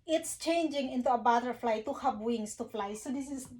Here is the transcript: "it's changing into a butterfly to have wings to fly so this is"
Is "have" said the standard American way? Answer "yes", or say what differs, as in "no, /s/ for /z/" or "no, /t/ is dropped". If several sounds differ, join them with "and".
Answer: no, /p/ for /v/